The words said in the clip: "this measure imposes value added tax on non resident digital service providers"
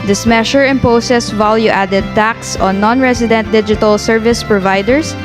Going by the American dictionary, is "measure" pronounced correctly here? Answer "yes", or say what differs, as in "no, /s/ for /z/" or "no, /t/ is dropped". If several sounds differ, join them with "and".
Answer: no, /ʃ/ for /ʒ/